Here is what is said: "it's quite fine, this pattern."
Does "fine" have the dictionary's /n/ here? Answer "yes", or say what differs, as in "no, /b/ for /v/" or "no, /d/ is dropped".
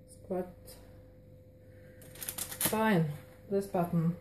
yes